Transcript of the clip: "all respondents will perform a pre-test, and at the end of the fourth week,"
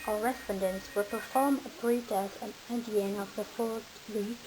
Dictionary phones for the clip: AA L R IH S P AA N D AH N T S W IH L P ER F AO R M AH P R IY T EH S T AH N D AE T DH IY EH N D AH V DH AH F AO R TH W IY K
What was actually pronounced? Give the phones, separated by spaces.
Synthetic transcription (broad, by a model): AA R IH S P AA N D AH N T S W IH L P ER F AO R M AH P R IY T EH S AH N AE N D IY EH N AH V DH AH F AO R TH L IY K